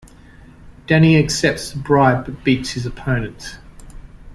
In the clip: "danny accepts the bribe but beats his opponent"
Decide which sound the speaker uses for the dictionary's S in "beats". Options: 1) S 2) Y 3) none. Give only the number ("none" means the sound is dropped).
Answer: 1